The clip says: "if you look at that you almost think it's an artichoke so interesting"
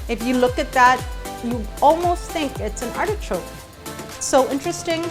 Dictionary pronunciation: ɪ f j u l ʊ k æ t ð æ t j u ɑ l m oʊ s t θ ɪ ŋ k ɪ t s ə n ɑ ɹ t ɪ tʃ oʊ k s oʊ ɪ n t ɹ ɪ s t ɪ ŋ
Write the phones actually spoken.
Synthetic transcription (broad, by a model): ɪ f j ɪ l ʊ k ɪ t ð æ t j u ɑ l m oʊ s t θ ɪ ŋ k ɪ t s ə n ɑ ɹ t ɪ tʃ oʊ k s oʊ ɪ n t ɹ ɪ s t ɪ ŋ